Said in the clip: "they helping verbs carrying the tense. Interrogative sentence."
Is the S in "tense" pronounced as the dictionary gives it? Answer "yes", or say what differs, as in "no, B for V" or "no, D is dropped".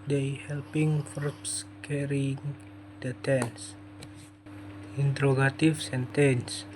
yes